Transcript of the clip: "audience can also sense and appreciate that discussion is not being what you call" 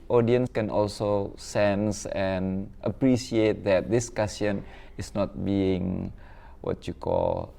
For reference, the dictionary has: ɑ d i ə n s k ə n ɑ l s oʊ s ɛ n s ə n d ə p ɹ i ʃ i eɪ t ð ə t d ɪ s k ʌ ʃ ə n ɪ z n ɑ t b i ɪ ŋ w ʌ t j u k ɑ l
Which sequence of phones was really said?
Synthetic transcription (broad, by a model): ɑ d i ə n s k ə n ɑ l s oʊ s ɛ n s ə n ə p ɹ i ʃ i eɪ t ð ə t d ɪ s k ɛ s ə n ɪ s n ɑ t b i ɪ ŋ w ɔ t j u k ɑ l